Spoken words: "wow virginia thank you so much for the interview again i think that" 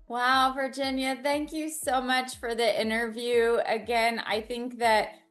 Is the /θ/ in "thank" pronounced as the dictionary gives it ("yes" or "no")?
yes